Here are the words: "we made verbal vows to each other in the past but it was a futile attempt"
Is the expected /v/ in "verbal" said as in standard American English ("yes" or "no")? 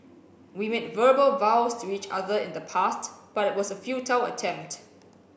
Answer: yes